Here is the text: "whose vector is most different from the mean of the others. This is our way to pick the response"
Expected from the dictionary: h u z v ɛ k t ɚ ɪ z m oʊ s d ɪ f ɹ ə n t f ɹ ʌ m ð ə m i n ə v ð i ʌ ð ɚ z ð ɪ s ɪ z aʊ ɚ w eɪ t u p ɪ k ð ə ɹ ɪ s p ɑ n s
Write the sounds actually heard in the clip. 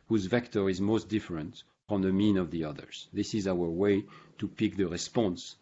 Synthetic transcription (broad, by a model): h u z v ɛ k t ɚ ɪ z m oʊ s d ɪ f ɹ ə n t f ɹ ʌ m ð ə m i n ə v ð i ʌ ð ɚ z ð ɪ s ɪ z aʊ ɚ w eɪ t u p ɪ k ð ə ɹ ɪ s p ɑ n s